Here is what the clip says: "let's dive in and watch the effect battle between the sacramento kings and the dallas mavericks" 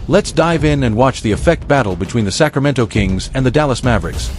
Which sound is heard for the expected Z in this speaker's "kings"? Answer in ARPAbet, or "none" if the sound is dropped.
Z